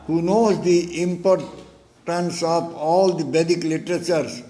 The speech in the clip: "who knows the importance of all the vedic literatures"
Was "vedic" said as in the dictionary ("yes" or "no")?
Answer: no